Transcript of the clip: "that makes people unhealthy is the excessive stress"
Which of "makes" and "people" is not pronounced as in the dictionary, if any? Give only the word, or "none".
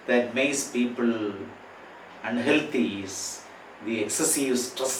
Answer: makes